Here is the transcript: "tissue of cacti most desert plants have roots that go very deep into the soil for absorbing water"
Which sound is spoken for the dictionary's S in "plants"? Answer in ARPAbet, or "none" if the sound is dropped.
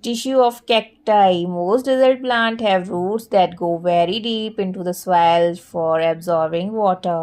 none